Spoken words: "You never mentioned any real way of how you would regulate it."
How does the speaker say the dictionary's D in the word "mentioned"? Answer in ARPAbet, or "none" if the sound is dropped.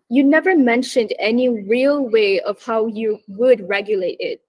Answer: D